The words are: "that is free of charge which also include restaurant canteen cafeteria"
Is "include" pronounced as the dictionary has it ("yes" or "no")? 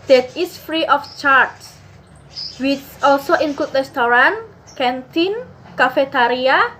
no